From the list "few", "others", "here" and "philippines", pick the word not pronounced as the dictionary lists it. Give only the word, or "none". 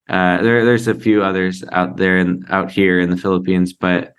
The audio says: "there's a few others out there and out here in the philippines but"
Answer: none